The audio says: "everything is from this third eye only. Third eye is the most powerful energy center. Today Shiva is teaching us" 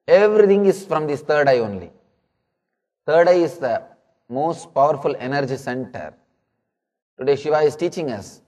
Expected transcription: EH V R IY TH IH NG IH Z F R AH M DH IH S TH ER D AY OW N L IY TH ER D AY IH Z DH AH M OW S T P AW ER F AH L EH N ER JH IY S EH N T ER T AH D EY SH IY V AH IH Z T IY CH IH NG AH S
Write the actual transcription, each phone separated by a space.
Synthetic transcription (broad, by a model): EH V R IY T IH NG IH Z F R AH M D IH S T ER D AY OW N L IY T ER D AY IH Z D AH M OW S T P AW ER F AH L EH N ER JH IY S EH N T ER T AH D EY SH IY V AH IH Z T IY CH IH NG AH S